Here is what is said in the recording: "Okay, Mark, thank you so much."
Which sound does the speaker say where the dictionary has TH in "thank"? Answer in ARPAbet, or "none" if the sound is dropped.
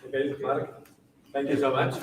T